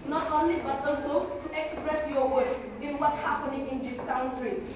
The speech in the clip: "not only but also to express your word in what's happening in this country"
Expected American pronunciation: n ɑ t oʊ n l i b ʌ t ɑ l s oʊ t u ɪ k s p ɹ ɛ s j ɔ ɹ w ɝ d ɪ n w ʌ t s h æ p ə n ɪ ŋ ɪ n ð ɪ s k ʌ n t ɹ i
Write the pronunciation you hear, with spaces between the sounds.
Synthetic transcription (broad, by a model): n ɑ t oʊ n l i b ʌ t ɑ l s oʊ t u ɪ k s p ɹ ɛ s j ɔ w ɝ ɪ n w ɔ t h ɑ p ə n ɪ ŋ ɪ n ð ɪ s k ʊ n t ɹ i